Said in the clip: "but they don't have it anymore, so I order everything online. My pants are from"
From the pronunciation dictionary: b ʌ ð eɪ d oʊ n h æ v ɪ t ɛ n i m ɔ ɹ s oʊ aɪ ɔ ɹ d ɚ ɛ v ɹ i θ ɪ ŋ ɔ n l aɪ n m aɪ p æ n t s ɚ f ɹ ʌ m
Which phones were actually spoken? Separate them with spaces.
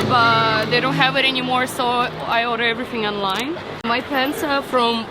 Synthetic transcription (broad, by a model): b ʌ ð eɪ d oʊ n h æ v ɪ t ɛ n i m ɔ ɹ s oʊ aɪ ɔ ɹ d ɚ ɛ v ɹ i θ ɪ ŋ ɔ n l aɪ n m aɪ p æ n s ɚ f ɹ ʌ m